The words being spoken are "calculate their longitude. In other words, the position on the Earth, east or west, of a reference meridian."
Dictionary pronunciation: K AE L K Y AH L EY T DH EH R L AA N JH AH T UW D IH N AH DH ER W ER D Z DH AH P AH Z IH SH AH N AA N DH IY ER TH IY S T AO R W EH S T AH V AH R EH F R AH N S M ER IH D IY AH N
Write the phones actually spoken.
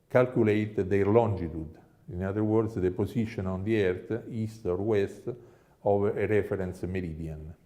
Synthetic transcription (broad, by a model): K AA L K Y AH L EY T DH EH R L AA N JH AH T UW D IH N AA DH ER W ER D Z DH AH P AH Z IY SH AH N AA N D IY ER T IY S T AO R W EH S T AH V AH R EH F R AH N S M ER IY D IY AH N